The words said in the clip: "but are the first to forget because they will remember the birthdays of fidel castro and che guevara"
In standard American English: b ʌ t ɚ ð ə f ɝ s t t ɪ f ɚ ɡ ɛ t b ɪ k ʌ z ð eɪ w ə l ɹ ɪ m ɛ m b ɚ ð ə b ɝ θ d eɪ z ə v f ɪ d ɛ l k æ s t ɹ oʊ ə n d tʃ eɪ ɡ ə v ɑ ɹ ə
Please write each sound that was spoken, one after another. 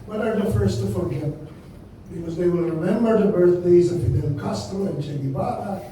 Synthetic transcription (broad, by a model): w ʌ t ɚ ð ə f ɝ s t t ɪ f ɚ ɡ ɛ t b ɪ k ʌ z ð eɪ w ə l ɹ ɪ m ɛ m b ɚ ð ə b ɝ θ d eɪ z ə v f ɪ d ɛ n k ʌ s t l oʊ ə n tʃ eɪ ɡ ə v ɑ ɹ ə